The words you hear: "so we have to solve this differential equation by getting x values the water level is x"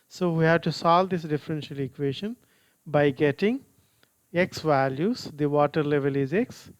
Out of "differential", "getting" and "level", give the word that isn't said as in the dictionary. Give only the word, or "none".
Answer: none